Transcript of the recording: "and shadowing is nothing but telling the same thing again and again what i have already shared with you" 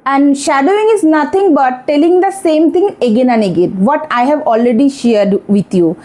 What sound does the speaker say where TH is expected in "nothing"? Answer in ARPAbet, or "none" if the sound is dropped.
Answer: T